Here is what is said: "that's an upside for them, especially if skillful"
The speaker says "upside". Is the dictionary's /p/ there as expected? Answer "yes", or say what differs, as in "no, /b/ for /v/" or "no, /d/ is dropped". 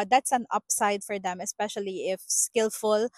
yes